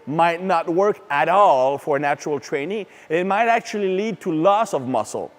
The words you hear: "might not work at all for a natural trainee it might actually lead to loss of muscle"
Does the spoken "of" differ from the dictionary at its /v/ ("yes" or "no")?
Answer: no